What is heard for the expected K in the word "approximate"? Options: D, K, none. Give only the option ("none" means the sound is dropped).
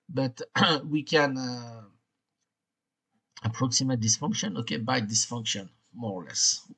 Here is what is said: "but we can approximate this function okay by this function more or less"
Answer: K